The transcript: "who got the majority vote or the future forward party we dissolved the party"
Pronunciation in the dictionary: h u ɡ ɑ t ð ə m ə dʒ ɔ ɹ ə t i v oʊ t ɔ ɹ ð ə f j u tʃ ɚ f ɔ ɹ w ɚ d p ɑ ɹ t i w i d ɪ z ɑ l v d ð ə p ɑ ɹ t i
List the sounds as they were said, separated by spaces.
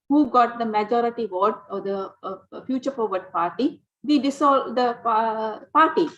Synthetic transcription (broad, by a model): h u ɡ ɑ t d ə m ə dʒ ɔ ɹ ə t i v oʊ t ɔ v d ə f j u tʃ ɚ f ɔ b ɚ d p ɑ ɹ t i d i d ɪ s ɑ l d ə p ɑ ɹ t i